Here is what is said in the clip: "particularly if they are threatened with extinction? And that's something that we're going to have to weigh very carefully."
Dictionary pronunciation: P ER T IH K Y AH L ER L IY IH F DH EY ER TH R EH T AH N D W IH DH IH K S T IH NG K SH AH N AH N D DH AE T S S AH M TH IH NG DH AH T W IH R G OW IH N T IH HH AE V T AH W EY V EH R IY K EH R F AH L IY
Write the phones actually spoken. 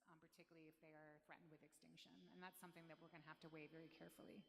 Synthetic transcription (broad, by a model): P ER T IH K Y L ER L IY IH F DH EY ER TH R EH T N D W IH DH IH K S T IH NG K SH AH N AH N DH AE T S S AH M TH IH NG DH AH T W IH R G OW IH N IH HH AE F T AH W EY V EH R IY K EH R F L IY